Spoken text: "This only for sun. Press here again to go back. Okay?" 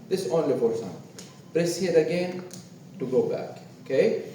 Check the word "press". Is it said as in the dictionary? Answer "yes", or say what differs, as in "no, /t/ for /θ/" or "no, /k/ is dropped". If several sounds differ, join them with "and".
no, /b/ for /p/